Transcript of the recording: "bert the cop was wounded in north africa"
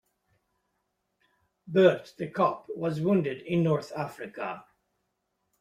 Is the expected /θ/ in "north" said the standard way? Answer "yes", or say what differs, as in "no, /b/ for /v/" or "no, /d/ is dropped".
yes